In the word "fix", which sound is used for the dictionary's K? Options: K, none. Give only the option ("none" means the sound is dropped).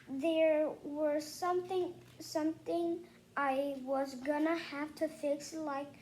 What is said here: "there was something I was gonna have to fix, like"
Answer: K